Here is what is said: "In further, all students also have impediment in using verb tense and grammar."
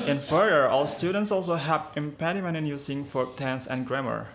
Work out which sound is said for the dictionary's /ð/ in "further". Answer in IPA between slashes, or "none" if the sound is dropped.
none